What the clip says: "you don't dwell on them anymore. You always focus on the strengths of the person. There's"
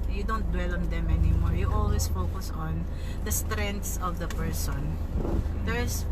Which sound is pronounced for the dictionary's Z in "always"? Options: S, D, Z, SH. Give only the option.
S